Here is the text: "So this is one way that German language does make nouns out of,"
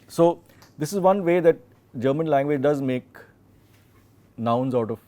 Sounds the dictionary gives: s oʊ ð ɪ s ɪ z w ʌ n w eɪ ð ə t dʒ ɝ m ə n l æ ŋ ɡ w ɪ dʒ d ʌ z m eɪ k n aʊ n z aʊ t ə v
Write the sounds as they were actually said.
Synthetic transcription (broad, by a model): s oʊ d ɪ s ɪ z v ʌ n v eɪ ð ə t dʒ ɝ m ə n l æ ŋ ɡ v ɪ dʒ d ʌ z m eɪ k n aʊ n z aʊ t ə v